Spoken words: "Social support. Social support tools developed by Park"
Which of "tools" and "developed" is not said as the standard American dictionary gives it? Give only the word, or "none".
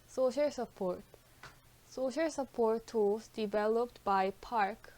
tools